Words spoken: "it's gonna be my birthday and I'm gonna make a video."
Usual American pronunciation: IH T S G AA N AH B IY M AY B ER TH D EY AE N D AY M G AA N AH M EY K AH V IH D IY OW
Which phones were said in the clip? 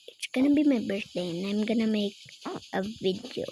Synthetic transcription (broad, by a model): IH T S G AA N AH B IY M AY B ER S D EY N AY M G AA N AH M EY K AH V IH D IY OW